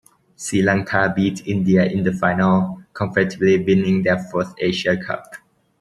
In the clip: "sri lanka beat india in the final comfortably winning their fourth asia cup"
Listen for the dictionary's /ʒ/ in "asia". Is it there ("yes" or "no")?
no